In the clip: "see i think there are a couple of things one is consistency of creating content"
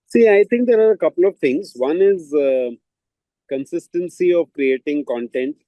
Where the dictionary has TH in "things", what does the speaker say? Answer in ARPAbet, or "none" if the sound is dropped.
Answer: T